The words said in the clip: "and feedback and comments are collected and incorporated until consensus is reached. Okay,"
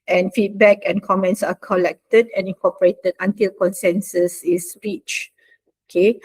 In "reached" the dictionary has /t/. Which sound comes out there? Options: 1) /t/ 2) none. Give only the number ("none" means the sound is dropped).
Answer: 2